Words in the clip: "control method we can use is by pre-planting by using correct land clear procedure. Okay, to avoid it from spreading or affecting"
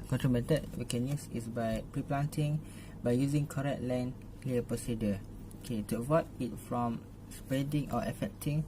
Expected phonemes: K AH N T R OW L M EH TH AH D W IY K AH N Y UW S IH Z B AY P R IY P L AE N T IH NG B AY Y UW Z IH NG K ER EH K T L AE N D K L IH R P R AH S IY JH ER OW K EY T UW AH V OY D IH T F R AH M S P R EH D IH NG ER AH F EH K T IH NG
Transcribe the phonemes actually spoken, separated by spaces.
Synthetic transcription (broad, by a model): K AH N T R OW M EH T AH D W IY K AH N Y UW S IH S B AY P R IY P L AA N T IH NG B AY Y UW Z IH NG K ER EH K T L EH N K L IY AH P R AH S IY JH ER OW K EY T UW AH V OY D IH T F R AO M S P EH D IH NG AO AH F EH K T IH NG